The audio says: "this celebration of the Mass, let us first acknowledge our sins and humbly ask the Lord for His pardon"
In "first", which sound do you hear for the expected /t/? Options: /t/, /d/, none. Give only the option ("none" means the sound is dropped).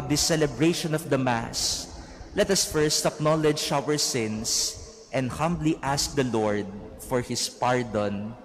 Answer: /t/